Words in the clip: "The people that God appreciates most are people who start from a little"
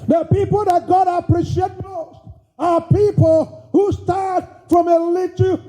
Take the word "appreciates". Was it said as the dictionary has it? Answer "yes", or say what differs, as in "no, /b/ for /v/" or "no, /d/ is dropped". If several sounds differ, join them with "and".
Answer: no, /s/ is dropped